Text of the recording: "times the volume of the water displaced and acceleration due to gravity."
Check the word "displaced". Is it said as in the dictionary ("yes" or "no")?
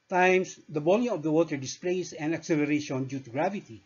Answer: no